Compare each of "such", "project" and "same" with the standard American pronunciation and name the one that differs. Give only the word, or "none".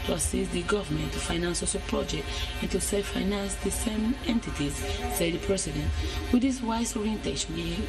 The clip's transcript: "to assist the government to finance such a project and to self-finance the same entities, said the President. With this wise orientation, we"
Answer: such